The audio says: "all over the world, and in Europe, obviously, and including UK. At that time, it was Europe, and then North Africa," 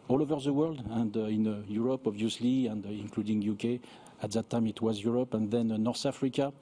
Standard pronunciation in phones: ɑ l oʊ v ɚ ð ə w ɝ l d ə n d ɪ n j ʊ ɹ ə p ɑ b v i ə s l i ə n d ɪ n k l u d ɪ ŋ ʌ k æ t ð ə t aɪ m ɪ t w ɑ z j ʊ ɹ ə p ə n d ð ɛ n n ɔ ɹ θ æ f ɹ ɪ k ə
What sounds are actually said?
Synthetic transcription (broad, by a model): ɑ l oʊ v ɚ ð ə w ɝ l d ə n d ɪ n j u ɹ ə p ɑ b v i ə s l i ə n d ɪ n k l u d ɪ ŋ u k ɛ t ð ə t aɪ m ɪ t w ɑ z j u ɹ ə p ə n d ð ɛ n n ɔ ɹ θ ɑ f ɹ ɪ k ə